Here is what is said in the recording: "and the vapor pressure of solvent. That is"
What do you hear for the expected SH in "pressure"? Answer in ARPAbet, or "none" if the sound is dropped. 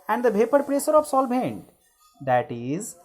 S